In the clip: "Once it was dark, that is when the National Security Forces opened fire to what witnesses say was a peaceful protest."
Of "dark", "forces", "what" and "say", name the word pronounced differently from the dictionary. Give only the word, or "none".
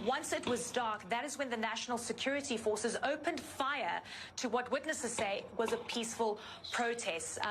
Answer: none